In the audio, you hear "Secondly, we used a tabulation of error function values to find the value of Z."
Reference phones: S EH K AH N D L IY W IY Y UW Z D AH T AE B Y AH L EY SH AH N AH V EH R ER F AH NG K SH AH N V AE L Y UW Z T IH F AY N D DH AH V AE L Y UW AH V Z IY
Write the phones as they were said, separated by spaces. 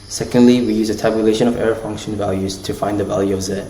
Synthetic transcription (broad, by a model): S EH K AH N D L IY W IY Y UW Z AH T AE B Y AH L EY SH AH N AH V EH R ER F AH NG K SH AH N V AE L Y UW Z T IH F AY N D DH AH V AE L Y UW AH V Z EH